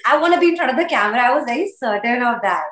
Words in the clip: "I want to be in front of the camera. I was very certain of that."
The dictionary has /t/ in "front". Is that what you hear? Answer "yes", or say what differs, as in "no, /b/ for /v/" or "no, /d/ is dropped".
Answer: no, /t/ is dropped